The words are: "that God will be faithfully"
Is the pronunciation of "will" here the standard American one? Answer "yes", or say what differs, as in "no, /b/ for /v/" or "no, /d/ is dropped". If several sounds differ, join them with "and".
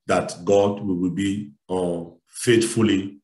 no, /w/ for /l/